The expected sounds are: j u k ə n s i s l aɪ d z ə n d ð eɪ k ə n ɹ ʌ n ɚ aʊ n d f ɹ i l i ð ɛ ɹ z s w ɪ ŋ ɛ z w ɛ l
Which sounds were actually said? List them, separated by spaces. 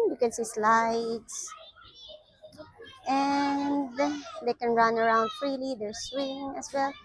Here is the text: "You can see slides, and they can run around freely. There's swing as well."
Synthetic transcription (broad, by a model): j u k ə n s i s l aɪ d s ə n d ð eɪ k ə n ɹ ʌ n ɚ aʊ n d f ɹ i l i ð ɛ ɹ s w ɪ ŋ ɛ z w ɛ l